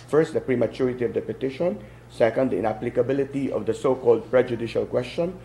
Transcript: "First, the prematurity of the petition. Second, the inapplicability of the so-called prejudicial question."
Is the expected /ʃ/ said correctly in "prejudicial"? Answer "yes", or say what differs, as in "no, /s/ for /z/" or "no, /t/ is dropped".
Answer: yes